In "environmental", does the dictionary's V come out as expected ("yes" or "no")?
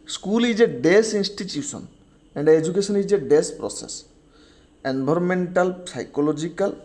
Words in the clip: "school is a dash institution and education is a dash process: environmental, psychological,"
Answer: no